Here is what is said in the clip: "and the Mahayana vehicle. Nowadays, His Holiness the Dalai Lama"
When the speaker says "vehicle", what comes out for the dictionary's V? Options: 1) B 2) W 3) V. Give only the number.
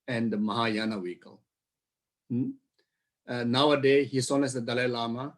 2